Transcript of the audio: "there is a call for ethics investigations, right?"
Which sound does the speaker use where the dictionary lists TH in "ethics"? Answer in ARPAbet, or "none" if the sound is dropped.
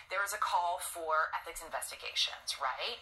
TH